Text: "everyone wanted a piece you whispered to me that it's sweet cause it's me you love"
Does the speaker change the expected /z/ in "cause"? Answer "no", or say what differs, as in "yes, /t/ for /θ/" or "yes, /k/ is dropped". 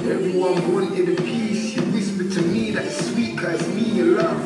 yes, /z/ is dropped